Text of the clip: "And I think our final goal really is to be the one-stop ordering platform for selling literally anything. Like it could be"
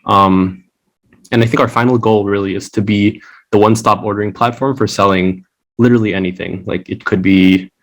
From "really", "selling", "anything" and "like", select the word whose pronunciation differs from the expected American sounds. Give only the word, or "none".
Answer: none